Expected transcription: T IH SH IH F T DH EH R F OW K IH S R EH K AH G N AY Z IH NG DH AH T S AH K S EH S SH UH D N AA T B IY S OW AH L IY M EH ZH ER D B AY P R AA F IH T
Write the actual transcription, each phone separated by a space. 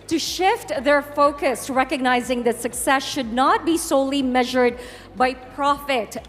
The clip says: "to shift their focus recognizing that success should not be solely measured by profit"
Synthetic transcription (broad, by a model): T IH SH IH F T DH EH R F OW K IH S R EH K AH G N AY Z IH NG DH AH T S AH K S EH S SH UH D N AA T B IY S OW AH L IY M EH ZH ER D B AY P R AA F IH T